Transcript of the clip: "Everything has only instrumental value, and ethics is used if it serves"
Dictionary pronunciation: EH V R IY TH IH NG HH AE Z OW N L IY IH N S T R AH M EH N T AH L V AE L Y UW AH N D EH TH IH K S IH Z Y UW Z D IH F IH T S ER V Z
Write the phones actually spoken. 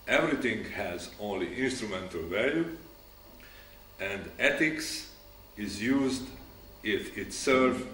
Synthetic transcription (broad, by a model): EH V R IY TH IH NG HH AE Z OW N L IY IH N S T R AH M EH N T AH L V AE L Y UW AH N D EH T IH K S IH Z Y UW Z D IH F IH T S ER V